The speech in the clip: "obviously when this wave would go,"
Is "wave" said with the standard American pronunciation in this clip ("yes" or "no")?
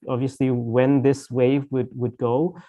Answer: yes